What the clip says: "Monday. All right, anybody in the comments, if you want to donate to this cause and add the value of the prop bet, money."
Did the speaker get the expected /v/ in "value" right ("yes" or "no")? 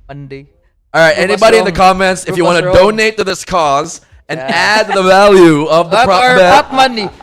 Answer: yes